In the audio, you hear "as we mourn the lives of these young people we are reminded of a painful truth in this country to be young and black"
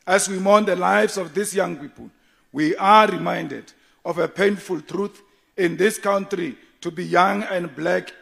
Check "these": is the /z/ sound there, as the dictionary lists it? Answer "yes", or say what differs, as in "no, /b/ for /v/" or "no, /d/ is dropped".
no, /s/ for /z/